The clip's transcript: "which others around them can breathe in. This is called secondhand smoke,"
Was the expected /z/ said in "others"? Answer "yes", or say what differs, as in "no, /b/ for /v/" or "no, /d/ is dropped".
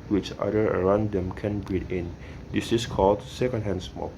no, /z/ is dropped